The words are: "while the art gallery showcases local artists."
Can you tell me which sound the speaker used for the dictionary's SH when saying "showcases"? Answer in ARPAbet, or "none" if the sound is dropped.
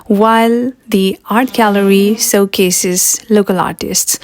S